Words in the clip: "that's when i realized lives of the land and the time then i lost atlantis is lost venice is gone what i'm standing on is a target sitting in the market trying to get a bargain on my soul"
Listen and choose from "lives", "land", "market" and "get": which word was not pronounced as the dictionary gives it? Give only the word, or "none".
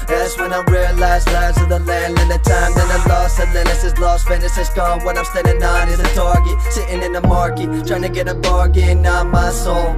lives